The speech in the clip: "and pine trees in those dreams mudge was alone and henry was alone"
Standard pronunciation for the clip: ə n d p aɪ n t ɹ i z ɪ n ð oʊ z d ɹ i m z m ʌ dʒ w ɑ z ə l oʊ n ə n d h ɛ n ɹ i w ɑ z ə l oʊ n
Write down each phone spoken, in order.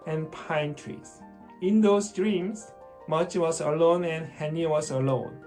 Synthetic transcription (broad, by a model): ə n p aɪ n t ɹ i s ɪ n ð oʊ s d ɹ i m s m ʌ tʃ w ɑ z ə l oʊ n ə n h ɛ n i w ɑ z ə l oʊ n